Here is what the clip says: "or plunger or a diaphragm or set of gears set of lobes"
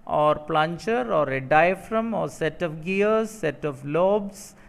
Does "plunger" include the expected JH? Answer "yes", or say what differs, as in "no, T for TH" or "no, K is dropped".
no, CH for JH